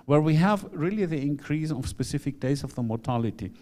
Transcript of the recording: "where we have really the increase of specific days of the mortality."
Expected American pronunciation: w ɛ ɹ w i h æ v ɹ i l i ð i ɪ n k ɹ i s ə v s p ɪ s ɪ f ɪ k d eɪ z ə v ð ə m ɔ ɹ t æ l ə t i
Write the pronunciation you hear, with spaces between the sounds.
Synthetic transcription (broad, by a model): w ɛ ɹ w i h æ v ɹ i l i ð i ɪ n k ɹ i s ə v s p ɪ s ɪ f ɪ k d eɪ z ə v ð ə m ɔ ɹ t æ l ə t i